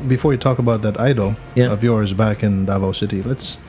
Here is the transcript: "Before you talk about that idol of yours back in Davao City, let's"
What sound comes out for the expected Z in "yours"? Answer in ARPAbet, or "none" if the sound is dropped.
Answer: Z